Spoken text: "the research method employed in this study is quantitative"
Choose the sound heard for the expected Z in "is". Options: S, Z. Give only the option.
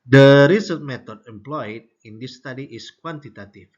S